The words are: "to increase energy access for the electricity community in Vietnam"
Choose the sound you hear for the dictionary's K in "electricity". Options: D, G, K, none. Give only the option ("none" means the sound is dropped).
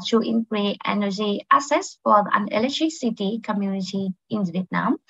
none